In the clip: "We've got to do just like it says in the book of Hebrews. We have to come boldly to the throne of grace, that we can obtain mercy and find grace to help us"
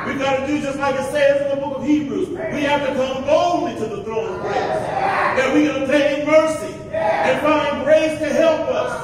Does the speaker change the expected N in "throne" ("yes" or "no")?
yes